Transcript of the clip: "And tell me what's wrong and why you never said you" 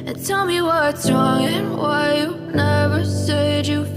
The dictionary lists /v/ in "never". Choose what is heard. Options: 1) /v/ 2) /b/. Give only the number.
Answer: 1